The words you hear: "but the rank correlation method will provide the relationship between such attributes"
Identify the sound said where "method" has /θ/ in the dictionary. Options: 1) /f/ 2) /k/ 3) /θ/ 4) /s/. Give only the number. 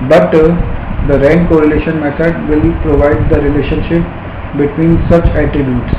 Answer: 4